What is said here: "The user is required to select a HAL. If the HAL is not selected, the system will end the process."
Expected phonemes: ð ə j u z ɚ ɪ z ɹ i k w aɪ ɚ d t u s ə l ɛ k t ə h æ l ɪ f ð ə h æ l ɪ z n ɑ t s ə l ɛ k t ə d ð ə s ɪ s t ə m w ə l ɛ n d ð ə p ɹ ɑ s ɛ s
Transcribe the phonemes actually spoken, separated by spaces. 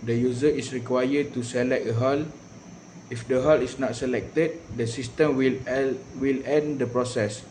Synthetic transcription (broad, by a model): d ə j u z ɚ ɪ s ɹ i k w aɪ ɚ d t u s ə l ɛ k ə h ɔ l ɪ f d ə h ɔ l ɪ s n ɑ t s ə l ɛ k t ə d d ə s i s t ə m w ə l ɛ n d ə p ɹ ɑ s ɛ s